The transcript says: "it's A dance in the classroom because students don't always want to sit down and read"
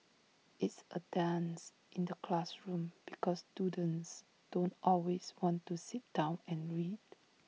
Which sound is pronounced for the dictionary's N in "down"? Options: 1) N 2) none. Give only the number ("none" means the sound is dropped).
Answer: 1